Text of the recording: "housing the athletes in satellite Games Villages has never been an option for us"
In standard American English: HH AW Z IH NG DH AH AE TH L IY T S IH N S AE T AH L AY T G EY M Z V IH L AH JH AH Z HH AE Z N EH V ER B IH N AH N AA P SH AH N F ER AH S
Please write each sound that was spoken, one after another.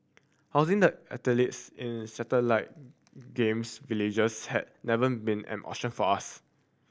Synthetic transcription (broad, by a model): HH AW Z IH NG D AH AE T L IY T S IH N S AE T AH L AY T G EY M S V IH L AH JH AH S HH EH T N EH V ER B IH N AH N AA SH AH N F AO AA S